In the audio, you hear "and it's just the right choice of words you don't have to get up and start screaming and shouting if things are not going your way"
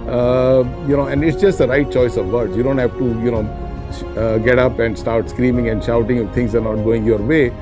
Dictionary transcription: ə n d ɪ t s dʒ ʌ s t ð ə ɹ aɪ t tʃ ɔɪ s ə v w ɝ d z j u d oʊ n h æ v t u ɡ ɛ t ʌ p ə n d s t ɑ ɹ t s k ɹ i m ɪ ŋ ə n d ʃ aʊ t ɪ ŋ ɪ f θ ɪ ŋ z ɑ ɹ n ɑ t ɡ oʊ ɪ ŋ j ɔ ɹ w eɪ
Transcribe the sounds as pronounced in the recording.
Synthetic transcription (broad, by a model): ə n d ɪ t s dʒ ʌ s t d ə ɹ aɪ t tʃ ɔɪ s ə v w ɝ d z j u d oʊ n h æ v t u ɡ ɛ t ʌ p ə n d s t ɑ ɹ t s k ɹ i m ɪ ŋ ə n d ʃ aʊ t ɪ ŋ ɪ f t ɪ ŋ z ɑ ɹ n ɑ t ɡ oʊ ɪ ŋ j ɔ ɹ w eɪ